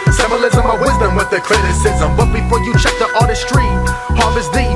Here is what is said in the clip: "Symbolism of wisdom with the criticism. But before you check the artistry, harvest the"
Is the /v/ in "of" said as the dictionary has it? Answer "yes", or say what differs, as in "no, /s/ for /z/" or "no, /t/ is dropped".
no, /w/ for /v/